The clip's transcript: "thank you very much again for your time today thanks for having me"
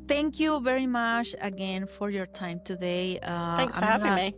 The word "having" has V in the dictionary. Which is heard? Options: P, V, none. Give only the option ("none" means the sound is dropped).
none